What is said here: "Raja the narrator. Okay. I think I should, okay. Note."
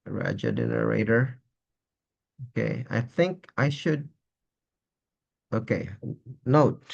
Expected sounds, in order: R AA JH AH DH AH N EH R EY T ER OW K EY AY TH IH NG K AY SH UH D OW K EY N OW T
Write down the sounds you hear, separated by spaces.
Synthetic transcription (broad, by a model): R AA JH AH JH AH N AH R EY T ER OW K EY AY TH IH NG K AY SH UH D OW K EY N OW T